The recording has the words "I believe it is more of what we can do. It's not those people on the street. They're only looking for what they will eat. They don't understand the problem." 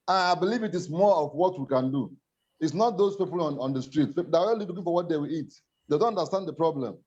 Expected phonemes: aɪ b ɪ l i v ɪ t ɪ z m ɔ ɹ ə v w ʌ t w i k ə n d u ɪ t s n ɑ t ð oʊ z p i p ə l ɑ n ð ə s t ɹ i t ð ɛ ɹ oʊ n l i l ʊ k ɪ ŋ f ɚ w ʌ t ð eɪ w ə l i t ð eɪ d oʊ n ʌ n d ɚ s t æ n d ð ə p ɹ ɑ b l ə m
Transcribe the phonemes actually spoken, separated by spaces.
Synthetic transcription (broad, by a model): aɪ b ɪ l i v ɪ t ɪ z m ɔ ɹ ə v w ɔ t w i k ə n d u ɪ t s n ɑ t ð oʊ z p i p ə n ɑ n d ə s t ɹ i t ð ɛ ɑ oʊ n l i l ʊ k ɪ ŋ f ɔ w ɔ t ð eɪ w ə l i t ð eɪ d oʊ n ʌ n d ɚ s t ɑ n d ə p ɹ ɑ b l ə m